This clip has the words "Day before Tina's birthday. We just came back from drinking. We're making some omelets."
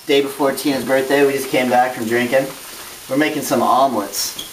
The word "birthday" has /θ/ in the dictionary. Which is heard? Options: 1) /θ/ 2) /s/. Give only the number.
1